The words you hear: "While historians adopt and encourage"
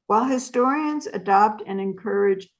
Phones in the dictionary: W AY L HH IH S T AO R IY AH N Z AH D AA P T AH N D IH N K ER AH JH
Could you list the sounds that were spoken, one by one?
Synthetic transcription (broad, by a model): W AY L HH IH S T AO R IY AH N Z AH D AA P T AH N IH N K ER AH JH